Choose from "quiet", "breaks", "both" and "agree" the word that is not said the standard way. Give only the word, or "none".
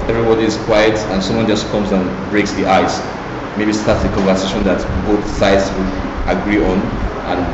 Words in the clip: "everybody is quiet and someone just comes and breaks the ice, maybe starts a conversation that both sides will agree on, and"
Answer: none